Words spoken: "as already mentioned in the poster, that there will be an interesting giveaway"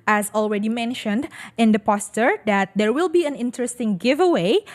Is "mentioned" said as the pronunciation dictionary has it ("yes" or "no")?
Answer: yes